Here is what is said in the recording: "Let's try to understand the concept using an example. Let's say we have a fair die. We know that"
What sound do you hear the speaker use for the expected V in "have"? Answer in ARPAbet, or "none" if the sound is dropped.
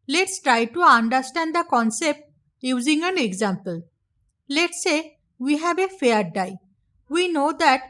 B